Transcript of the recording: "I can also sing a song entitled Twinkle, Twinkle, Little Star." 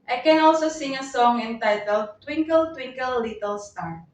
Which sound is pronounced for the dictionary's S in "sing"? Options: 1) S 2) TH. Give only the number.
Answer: 1